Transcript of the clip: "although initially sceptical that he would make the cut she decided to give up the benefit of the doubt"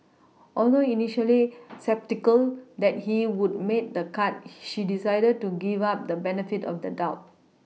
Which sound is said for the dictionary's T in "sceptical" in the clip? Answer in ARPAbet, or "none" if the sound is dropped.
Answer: T